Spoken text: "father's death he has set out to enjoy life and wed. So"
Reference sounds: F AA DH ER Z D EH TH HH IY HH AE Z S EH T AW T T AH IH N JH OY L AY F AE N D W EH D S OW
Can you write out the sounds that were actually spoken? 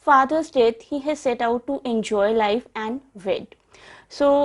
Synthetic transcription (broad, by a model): F AA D ER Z D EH T HH IY HH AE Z S EH T AW T T AH N JH OY L AY F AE N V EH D S OW